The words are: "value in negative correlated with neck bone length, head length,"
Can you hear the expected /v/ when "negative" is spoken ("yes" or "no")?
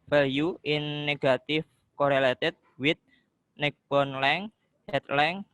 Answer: no